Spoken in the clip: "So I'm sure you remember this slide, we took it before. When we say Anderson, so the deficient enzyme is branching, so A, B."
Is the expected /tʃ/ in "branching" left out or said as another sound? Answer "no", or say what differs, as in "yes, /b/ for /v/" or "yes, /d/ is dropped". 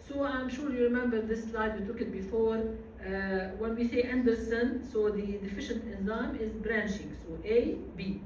yes, /ʃ/ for /tʃ/